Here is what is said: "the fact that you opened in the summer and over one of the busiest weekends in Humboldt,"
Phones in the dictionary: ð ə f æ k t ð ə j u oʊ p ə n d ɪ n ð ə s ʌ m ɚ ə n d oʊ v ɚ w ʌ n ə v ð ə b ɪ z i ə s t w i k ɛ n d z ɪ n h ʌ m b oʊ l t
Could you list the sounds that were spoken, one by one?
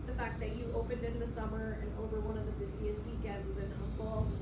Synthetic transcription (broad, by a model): ð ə f æ k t ð ə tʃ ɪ oʊ p ə n d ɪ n ð ə s ʌ m ɚ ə n oʊ v ɚ w ʌ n ə v ð ə b ɪ z i ə s t w i k ɛ n d z ɪ n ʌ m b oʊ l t